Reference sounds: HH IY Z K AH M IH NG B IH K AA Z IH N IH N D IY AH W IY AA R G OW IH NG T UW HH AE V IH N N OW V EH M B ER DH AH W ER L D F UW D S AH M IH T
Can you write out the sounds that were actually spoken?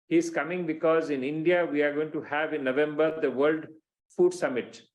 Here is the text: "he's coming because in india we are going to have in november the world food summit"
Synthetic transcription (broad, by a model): HH IY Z K AH M IH NG B IH K AA Z IH N IH N D IY AH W IY AA R G OW IH NG T UW HH AE V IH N N OW V EH M B ER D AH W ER L D F UW D S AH M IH T